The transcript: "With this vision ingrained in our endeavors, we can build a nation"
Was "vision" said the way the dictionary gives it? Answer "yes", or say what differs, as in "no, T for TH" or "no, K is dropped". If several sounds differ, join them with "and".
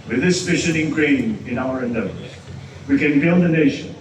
no, SH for ZH